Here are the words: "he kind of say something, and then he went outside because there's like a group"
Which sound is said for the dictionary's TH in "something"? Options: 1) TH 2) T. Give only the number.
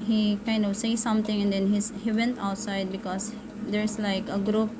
2